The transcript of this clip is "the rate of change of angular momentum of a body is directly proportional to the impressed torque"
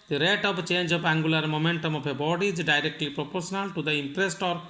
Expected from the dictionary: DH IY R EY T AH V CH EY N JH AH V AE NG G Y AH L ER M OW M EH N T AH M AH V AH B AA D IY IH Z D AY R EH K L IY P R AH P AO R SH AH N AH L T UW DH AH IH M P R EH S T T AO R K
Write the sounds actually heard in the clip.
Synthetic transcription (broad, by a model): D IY R EY T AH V CH EY N JH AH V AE NG G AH L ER M OW M EH N T AH M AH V AH B AA D IY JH D AY R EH K L IY P R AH P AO R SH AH N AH L T UW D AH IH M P R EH S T T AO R